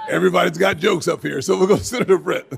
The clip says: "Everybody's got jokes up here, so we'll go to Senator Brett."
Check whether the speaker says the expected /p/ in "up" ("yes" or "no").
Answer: yes